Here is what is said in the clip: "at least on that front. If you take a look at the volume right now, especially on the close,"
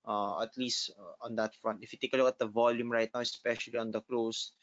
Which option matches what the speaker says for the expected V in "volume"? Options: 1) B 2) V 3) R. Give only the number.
2